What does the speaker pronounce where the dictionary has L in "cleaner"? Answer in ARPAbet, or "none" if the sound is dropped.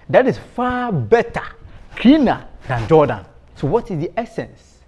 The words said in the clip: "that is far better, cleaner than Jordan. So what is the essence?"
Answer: none